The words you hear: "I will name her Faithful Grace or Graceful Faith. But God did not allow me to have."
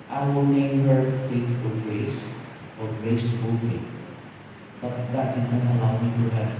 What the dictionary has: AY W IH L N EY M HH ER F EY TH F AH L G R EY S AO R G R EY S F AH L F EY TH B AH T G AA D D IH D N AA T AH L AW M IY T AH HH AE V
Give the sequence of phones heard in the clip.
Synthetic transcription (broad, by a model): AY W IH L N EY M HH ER F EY T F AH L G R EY S AO R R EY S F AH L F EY T B AH T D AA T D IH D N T AH L AW M IY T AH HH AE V